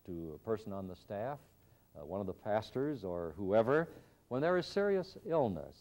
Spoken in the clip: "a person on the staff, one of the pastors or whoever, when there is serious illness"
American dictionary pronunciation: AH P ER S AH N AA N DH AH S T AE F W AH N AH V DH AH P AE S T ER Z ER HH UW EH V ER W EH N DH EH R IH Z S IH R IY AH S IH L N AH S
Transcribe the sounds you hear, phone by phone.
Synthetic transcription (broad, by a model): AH P ER S AH N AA N DH AH S T AE F W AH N AH V DH AH P AE S T ER Z ER HH UW EH V ER W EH N DH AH R IH Z S IH R IY AH S IH L N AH S